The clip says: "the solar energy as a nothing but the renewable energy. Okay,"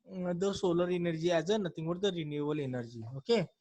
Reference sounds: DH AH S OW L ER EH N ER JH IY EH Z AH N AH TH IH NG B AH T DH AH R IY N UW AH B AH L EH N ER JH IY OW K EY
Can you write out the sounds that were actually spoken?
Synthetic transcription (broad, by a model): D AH S OW L ER EH N ER JH IY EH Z AH N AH T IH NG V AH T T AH R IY N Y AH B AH L EH N ER JH IY OW K EY